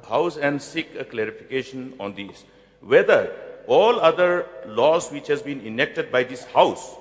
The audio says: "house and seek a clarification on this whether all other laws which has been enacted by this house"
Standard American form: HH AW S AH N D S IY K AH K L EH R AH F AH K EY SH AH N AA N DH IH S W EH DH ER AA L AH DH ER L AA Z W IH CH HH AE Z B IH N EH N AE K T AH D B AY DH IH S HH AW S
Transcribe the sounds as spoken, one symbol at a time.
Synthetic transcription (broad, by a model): HH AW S AH N D S IY K AH K L EH R AH F AH K EY SH AH N AA N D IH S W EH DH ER AA L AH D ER L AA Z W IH CH HH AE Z B IH N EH N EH K T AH D B AY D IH S HH AW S